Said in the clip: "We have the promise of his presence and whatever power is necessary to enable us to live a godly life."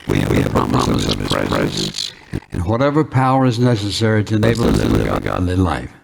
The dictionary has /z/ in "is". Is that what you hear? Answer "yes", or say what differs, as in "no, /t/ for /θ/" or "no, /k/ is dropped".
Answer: yes